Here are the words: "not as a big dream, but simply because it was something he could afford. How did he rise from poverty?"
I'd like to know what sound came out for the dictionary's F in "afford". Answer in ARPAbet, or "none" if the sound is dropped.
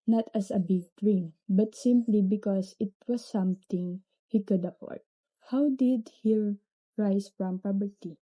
P